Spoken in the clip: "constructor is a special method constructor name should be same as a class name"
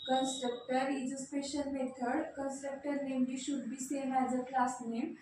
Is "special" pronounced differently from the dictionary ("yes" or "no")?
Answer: yes